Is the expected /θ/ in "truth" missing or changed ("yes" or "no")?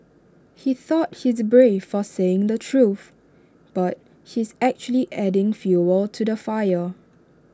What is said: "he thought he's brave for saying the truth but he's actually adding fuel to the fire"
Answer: no